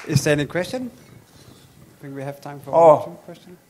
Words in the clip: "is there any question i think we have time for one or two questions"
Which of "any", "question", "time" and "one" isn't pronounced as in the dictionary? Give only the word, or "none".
one